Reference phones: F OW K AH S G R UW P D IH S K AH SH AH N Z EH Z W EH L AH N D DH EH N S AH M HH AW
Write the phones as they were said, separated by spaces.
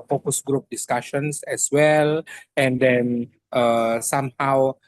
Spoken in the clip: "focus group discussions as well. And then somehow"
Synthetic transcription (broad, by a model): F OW K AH S G R UW P D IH S K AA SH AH N S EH S W EH L AH N D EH N S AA M HH AW